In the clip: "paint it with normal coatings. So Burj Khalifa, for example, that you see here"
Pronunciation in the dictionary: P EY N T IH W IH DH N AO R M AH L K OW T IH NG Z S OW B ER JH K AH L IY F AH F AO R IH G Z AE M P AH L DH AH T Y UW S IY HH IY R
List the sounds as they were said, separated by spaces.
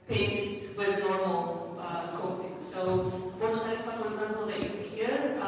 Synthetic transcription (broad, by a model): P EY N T W IH DH N AO R M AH L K OW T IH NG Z S OW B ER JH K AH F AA AH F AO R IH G Z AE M P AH L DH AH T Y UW S IY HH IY R